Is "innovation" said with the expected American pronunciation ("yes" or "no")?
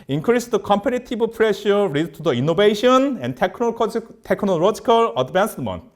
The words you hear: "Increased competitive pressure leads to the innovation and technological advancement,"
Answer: no